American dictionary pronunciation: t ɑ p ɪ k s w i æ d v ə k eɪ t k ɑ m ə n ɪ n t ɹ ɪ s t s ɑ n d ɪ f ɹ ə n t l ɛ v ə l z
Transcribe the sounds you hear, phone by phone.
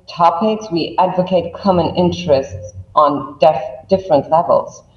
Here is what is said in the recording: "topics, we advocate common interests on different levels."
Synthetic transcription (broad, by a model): t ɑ p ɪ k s w i æ d v ə k eɪ t k ɑ m ə n ɪ n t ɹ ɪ s t s n d ɪ f ɹ ə n t l ɛ v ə l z